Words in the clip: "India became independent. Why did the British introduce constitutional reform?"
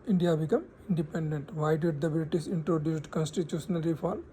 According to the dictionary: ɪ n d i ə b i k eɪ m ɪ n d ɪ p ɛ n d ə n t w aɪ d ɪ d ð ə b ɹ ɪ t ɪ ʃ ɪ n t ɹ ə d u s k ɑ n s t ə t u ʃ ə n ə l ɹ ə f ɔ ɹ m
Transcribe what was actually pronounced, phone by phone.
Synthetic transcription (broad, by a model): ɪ n d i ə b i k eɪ m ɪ n d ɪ p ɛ n d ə n t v aɪ d ɪ d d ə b l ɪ t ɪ s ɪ n t ɹ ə d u s k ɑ n s t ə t u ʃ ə n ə l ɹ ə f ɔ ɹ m